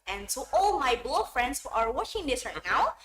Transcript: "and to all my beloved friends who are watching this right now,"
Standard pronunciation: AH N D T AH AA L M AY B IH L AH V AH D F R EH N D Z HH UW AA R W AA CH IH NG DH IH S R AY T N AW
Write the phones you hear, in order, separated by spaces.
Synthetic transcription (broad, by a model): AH N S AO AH AA L M AY B L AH AH F R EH N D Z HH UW AA R W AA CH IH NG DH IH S R AY T N AW